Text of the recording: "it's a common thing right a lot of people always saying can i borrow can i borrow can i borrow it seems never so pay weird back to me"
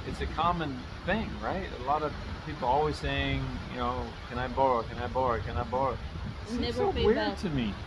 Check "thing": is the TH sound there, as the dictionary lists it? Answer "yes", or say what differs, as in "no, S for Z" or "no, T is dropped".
yes